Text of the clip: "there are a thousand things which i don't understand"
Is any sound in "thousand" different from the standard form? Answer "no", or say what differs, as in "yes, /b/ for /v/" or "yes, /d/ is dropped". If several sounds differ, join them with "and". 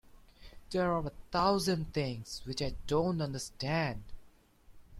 yes, /t/ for /θ/